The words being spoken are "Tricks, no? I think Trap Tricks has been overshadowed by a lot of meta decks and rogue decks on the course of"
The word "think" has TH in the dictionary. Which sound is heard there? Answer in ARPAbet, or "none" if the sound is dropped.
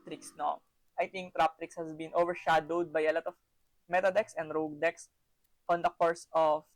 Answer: T